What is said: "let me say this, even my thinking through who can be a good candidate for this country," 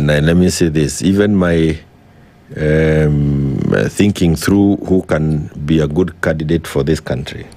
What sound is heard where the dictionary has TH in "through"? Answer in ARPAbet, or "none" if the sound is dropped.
TH